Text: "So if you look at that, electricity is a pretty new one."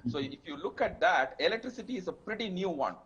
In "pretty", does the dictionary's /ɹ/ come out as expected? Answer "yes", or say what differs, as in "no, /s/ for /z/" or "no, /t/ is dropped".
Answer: yes